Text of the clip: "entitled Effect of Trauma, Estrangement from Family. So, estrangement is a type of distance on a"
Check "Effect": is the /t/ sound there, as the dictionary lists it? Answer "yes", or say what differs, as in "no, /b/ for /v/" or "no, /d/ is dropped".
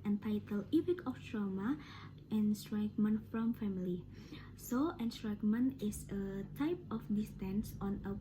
no, /t/ is dropped